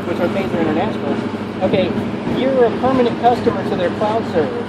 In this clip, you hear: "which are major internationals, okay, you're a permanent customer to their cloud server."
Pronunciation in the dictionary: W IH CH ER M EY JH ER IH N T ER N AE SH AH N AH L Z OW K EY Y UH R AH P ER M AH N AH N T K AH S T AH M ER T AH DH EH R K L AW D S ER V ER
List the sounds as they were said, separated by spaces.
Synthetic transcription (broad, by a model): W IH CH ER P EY Z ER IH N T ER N AE SH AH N L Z OW K EY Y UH R AH P ER M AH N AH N K AH S T AH M ER T AH DH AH R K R AW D S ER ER